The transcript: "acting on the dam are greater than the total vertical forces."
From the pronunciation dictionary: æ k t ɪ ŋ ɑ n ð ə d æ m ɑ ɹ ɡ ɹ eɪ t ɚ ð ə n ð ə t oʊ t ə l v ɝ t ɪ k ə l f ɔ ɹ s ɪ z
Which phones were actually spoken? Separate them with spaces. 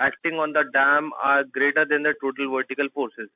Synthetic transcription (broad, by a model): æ k t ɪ ŋ ɑ n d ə d æ m ɑ ɹ ɡ ɹ eɪ t ɚ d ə n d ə t oʊ t ə l v ɝ t ɪ k ə l f ɔ ɹ s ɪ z